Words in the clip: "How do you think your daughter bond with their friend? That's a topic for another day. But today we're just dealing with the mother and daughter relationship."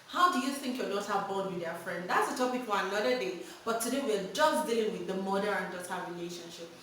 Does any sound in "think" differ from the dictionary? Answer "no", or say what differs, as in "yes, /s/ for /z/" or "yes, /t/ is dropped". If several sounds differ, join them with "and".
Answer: no